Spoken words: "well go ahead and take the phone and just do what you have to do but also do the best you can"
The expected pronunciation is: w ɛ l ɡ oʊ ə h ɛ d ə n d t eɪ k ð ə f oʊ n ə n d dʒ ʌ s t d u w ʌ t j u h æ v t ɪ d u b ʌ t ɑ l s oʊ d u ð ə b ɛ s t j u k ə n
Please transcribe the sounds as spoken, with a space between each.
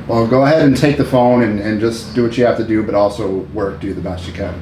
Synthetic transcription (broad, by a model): w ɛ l ɡ oʊ ə h ɛ d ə n t eɪ k ð ə f oʊ n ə n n dʒ ʌ s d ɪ w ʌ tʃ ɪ h æ f t ɪ d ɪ b ʌ t ɑ l s oʊ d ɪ ð ə b ɛ s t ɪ k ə n